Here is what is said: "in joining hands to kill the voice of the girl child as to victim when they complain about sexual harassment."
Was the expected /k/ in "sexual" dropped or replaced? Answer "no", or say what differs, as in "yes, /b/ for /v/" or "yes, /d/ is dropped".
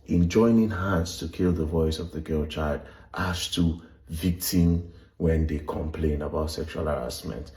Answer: no